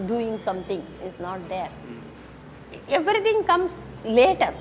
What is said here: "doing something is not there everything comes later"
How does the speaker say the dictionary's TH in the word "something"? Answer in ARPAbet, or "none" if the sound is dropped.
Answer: T